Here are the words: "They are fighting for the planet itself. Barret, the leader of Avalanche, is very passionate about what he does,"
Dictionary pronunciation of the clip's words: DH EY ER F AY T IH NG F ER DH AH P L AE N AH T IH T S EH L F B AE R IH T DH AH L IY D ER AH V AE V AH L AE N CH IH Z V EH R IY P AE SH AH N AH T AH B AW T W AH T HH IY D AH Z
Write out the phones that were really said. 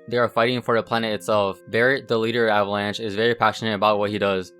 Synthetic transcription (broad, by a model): DH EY ER F AY T IH NG F ER DH AH P L AE N AH T IH T S EH L F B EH R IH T DH AH L IY D ER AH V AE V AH L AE N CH IH Z V EH R IY P AE SH AH N AH T AH B AW T W AH T HH IY D AH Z